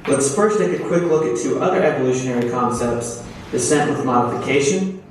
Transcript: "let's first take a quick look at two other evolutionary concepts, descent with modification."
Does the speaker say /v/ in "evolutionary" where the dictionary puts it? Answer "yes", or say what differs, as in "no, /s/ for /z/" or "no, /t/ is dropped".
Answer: yes